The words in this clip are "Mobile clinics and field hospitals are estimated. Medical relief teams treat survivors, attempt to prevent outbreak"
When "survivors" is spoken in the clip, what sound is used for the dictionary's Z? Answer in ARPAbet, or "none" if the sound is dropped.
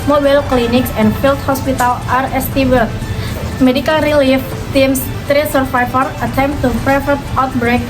none